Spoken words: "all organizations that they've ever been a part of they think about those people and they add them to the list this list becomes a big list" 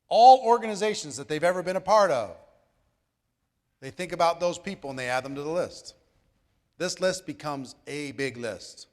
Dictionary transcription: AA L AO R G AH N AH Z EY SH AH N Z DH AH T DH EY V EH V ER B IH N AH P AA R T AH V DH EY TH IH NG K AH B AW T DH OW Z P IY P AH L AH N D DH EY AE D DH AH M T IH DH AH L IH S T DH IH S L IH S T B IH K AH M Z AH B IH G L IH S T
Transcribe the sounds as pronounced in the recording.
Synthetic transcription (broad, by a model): AA L AO R G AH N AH Z EY SH N Z DH AH T DH EY V EH V ER B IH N AH P AA R T AH V DH EY TH IH NG K AH B AW T DH OW Z P IY P L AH N DH EY AE D DH AH M T IH DH AH L IH S T DH IH S L IH S T B IH K AH M Z AH B IH G L IH S T